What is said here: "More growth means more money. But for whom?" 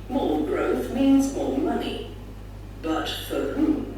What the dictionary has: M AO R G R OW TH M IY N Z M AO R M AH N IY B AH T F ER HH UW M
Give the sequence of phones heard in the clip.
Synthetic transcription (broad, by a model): M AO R G R OW TH M IY N Z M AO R M AH N IY B AH T F ER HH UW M